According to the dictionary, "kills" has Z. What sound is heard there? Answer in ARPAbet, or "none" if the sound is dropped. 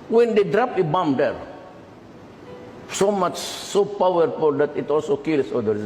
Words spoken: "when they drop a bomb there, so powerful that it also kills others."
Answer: S